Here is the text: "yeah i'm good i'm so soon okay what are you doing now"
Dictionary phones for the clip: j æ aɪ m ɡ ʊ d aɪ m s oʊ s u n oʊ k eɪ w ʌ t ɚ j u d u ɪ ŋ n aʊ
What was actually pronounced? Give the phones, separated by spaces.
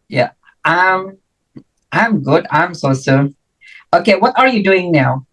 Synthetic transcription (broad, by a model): j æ aɪ m ɡ ʊ d aɪ m s oʊ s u oʊ k eɪ w ʌ t ɚ j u d u ɪ ŋ n aʊ